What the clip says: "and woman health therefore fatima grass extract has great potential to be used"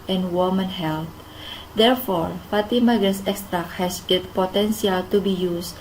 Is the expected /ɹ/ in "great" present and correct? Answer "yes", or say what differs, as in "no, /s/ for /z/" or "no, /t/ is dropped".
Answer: no, /ɹ/ is dropped